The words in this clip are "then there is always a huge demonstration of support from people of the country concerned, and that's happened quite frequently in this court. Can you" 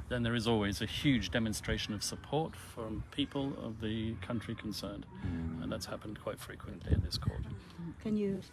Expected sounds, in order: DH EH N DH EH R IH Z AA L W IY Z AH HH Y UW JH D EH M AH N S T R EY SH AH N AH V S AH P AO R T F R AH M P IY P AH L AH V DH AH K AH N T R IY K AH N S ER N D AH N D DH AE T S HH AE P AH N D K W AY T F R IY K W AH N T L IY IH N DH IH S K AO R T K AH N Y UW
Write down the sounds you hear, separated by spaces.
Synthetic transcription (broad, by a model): DH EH N DH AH R IH Z AA L W IY Z AH HH Y UW JH D EH M AH N S T R EY SH AH N AH V S AH P AO R T F R AH M P IY P AH L AH V DH AH K AH N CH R IY K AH N S ER N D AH N DH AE T S HH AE P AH N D K W AY T F R IY K W AH N T L IY IH N DH IH S K AO R T K AH N Y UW